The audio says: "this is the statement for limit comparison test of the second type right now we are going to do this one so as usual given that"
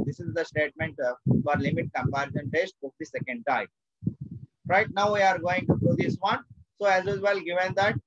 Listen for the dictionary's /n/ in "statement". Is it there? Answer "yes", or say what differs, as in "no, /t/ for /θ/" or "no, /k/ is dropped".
yes